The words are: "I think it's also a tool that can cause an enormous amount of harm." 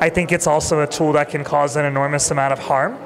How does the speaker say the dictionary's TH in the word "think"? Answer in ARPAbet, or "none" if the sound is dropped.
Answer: TH